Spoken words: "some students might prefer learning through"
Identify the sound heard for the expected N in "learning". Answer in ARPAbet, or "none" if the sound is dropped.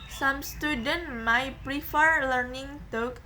N